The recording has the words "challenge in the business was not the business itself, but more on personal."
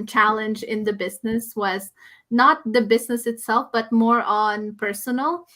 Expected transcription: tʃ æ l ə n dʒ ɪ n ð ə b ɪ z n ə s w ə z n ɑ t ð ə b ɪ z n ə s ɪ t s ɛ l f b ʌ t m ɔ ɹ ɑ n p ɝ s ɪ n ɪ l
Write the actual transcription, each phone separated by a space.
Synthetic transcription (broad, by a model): tʃ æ l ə n dʒ ɪ n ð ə b ɪ z n ə s w ə z n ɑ t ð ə b ɪ z n ə s ɪ t s ɛ l f b ʌ t m ɔ ɹ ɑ n p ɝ s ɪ n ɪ l